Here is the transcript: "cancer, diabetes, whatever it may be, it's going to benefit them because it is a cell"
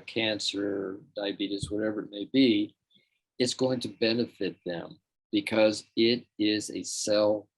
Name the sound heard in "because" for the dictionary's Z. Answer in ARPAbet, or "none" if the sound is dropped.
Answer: Z